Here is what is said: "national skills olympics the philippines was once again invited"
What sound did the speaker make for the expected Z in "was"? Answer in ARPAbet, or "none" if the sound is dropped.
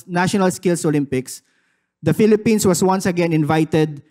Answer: S